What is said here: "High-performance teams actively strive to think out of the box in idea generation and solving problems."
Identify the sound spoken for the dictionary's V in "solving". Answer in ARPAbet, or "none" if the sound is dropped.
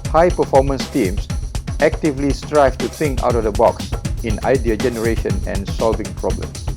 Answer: V